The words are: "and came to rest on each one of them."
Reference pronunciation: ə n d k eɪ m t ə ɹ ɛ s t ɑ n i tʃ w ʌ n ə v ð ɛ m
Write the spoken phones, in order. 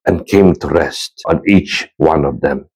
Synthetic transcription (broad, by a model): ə n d k eɪ m t ə ɹ ɛ s t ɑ n i tʃ w ʌ n ə v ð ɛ m